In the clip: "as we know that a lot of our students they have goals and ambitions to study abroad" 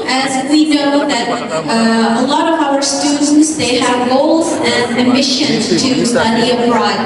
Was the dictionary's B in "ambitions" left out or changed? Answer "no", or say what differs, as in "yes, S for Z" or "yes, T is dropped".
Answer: yes, B is dropped